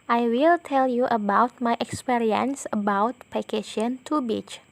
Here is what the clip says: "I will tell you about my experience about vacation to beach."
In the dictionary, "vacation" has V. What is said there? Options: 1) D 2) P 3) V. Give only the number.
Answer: 2